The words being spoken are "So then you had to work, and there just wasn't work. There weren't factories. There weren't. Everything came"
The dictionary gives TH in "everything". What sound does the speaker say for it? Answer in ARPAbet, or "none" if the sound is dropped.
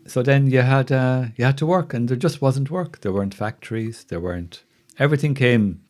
TH